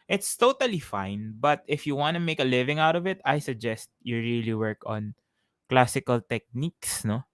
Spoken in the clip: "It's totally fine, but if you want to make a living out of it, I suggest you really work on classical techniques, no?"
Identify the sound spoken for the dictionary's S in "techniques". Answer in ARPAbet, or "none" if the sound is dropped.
S